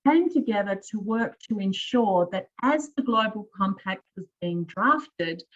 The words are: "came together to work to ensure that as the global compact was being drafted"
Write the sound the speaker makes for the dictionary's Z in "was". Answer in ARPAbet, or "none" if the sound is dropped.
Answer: Z